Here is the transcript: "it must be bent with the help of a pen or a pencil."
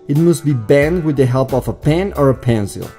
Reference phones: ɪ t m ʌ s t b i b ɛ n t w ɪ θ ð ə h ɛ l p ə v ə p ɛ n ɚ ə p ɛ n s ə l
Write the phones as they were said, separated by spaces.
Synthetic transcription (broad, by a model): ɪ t m ʌ s t b i b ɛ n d w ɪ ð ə h ɛ l p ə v ə p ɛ n ɚ ə p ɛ n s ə l